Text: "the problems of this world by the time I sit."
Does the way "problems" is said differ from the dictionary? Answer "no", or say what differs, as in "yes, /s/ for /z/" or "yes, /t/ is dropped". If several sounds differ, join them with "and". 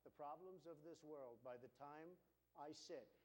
no